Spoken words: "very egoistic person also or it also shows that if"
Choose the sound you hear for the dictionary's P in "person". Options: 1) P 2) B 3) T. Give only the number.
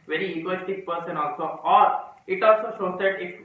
1